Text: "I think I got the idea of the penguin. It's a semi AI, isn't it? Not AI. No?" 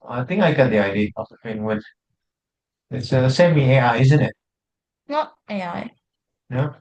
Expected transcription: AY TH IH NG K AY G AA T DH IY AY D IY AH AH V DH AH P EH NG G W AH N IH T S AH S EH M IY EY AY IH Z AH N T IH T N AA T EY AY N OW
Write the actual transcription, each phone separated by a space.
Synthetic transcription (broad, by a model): AY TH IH NG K AY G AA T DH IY AY D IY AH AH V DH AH F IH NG W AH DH IH T S AH S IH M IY EY AY IH Z AH N T IH T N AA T EY AY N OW